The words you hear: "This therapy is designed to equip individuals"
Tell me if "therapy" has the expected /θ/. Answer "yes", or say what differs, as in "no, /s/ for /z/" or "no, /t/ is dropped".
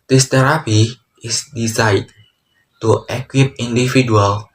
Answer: no, /t/ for /θ/